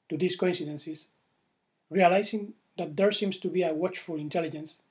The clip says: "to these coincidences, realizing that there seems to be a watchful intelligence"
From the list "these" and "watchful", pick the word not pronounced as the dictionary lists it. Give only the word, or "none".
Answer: these